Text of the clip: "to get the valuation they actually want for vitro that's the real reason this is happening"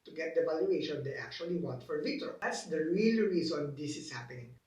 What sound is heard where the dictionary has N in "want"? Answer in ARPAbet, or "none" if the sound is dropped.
N